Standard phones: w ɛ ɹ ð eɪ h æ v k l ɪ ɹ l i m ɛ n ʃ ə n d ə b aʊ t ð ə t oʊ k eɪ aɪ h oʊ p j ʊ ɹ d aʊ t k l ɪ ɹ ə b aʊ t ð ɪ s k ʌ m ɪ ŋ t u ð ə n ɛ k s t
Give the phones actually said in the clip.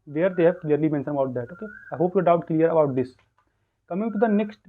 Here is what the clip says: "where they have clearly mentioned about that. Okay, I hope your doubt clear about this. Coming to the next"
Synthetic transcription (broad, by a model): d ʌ ɹ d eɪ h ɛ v k l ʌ ɹ l i m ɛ n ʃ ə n ə b aʊ t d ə t oʊ k eɪ aɪ h oʊ p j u d aʊ t k l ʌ ɹ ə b aʊ t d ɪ s k ʌ m ɪ ŋ t u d ə n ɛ k s t